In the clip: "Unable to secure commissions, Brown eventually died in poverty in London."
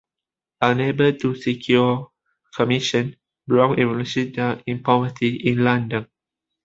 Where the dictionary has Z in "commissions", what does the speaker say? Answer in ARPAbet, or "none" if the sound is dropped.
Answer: none